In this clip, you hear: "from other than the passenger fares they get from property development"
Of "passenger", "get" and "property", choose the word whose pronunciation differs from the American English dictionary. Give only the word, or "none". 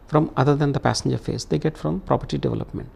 none